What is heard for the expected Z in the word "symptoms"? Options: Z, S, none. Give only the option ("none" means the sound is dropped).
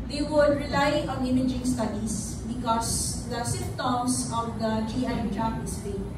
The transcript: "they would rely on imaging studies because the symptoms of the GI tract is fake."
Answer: S